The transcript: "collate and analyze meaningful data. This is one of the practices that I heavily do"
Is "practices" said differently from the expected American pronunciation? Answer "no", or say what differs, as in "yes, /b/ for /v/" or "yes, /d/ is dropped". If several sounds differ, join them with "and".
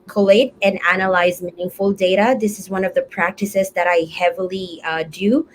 no